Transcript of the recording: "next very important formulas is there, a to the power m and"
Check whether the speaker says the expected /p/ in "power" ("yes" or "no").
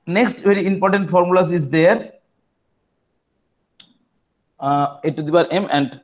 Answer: no